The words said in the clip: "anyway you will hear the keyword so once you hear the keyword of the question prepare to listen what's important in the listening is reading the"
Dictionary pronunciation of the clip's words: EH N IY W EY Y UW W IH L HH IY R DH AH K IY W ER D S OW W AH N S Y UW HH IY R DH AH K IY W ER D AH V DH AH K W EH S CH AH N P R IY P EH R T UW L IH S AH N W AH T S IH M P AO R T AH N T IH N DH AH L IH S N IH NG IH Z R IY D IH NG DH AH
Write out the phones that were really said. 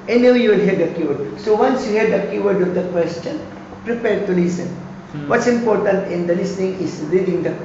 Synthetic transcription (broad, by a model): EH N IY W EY Y UW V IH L HH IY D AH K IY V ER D S OW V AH N S Y UW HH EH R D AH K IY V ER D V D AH K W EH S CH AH N P R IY P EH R T UW L IH S AH N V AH T S IH M P AO R T AH N T IH N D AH L IH S N IH NG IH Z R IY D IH NG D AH